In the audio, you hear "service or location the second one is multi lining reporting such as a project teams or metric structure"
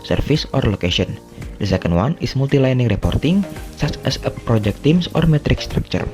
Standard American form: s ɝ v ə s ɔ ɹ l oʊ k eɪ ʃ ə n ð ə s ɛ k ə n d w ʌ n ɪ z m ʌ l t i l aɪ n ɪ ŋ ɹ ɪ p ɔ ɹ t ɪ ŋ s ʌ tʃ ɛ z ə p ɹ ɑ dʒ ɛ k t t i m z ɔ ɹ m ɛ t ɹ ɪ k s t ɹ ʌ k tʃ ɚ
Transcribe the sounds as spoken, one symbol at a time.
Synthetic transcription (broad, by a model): s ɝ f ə s ɔ ɹ l oʊ k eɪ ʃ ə n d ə s ɛ k ə n d w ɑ n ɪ s m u l t i l aɪ n ɪ ŋ ɹ ɪ p ɔ ɹ t ɪ ŋ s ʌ s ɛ s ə p ɹ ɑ dʒ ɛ k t t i m s ɔ ɹ m ɛ t ɹ ɪ k s t ɹ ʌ k tʃ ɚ